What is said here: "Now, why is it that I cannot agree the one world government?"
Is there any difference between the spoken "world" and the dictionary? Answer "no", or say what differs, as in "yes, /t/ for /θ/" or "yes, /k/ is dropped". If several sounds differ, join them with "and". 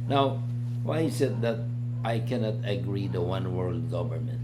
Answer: no